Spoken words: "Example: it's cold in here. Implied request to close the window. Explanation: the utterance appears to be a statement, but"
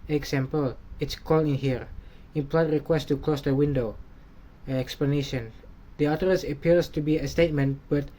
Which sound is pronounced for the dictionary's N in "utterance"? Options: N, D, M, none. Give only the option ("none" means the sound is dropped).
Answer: none